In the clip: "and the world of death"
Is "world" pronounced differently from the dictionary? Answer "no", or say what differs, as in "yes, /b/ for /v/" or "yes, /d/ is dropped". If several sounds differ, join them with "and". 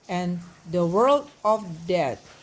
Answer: no